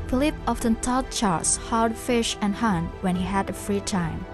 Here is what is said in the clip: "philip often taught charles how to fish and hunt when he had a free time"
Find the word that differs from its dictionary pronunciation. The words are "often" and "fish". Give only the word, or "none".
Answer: none